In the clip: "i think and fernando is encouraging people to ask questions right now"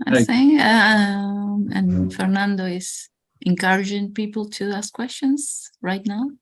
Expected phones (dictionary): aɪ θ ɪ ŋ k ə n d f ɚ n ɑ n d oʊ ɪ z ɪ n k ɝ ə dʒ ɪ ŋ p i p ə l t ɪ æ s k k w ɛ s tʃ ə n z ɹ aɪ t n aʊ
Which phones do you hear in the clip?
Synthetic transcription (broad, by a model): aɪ s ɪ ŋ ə n f ɚ n ɑ n d oʊ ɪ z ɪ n k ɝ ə dʒ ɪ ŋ p i p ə l t ɪ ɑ s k k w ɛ s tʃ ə n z ɹ aɪ t n aʊ